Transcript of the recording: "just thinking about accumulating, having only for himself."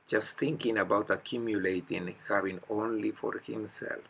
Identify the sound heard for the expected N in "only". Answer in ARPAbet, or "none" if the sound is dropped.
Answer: N